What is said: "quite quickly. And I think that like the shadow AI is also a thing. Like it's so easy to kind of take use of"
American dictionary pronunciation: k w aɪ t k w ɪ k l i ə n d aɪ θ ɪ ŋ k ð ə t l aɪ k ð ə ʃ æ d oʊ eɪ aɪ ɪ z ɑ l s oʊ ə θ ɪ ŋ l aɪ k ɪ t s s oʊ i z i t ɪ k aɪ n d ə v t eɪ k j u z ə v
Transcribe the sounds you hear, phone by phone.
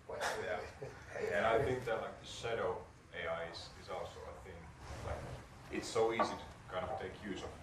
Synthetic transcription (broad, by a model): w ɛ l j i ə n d aɪ θ ɪ ŋ k ð ə t l aɪ k ð ə ʃ æ d oʊ eɪ aɪ ɪ z ɑ l s oʊ ə θ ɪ ŋ l aɪ k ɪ t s s oʊ i z i t ɪ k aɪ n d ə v t eɪ k j u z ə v